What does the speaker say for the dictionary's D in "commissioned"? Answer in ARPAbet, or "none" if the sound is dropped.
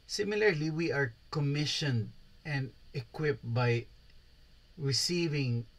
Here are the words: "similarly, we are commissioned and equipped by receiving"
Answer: D